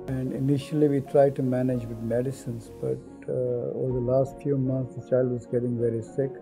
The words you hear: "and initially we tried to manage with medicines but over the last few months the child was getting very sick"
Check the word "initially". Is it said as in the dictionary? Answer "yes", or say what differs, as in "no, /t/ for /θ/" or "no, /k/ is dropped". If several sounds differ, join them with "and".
yes